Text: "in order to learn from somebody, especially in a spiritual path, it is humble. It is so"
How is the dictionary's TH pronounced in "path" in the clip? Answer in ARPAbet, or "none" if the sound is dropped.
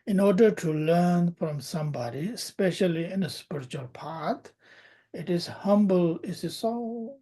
T